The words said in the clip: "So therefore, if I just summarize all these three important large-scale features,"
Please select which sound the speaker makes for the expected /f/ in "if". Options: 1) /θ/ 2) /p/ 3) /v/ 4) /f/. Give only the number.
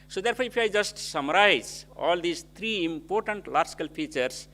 2